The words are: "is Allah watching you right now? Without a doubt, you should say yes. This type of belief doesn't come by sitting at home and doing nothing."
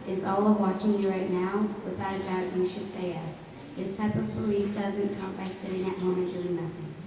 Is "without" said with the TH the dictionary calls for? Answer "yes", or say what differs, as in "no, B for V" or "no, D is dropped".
yes